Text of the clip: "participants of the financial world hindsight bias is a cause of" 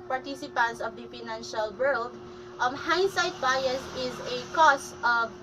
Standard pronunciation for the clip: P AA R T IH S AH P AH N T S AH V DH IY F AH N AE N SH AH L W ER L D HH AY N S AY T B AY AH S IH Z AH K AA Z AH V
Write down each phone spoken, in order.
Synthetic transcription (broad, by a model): P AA R T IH S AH P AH N T S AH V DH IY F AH N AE N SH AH L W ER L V HH AY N S AY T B AY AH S IH Z AH K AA S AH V